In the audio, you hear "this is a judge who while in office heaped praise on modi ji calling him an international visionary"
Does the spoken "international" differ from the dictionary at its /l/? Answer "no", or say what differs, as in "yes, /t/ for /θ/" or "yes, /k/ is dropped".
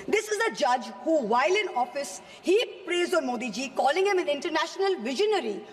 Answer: no